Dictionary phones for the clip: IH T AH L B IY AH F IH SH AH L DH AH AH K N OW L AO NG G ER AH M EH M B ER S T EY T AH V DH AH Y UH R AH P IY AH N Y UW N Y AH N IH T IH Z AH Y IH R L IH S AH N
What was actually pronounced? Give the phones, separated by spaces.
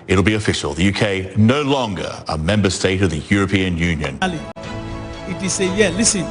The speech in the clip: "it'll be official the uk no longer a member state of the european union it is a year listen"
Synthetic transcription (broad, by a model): IH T L B IY AH F IH SH AH L DH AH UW K N OW L AO NG G ER AH M EH M B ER S T EY T AH V DH AH Y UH R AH P IY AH N Y UW N Y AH N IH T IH S AH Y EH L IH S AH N